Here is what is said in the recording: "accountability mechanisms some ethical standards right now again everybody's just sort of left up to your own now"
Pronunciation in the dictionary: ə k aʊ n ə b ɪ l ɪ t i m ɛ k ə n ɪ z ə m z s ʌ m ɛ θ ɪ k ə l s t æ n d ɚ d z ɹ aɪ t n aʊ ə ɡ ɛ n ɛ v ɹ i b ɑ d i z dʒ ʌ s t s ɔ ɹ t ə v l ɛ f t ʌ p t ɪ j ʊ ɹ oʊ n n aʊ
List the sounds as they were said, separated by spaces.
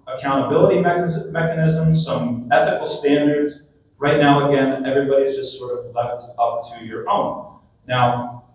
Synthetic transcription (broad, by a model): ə k aʊ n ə b ɪ l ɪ t i m ɛ k ə n ɪ z ə m z s ʌ m ɛ θ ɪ k l s t æ n d ɚ d z ɹ aɪ t n aʊ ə ɡ ɛ n ɛ v ɹ i b ɑ d i z dʒ ʌ s t s ɔ ɹ t ə v l ɛ f t ʌ p t ɪ j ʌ ɹ oʊ n n aʊ